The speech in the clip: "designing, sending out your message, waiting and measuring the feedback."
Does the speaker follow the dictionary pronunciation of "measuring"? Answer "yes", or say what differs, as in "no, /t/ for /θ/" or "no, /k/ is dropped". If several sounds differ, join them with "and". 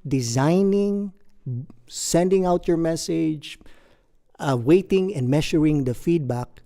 no, /ʃ/ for /ʒ/